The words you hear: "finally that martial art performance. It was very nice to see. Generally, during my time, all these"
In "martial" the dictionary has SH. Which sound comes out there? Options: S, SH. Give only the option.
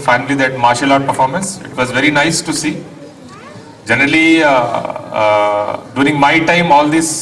SH